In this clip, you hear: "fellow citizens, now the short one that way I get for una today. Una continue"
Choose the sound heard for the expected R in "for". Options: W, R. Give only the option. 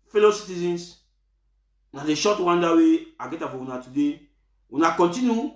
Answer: W